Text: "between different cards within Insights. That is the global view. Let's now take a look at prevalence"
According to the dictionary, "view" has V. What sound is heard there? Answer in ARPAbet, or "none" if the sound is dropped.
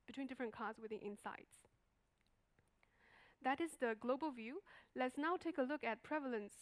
V